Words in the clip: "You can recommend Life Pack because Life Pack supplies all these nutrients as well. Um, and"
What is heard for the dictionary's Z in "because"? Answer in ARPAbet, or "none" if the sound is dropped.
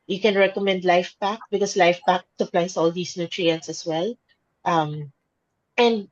S